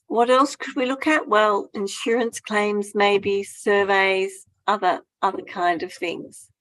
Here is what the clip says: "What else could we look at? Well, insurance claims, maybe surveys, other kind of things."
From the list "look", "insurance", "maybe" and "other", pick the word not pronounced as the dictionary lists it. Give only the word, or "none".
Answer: none